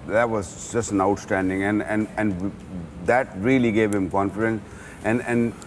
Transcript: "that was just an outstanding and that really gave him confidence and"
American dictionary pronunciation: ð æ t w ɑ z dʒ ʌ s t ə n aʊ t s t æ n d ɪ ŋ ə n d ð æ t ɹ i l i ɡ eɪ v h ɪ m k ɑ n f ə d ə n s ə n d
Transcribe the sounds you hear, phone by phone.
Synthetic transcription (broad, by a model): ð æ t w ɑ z dʒ ʌ s t ə n aʊ t s t æ n d ɪ ŋ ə n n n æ t ɹ i l i ɡ eɪ v h ɪ m k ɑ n f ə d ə n s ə n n